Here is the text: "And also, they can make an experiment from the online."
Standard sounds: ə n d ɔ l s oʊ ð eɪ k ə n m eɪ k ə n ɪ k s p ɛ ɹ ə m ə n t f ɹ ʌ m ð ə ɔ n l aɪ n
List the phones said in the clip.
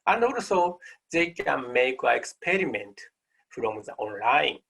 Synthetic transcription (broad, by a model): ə n d ɔ l s oʊ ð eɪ k ə n m eɪ k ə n ɪ k s p ɛ ɹ ə m ə n t f ɹ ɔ m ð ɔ n l aɪ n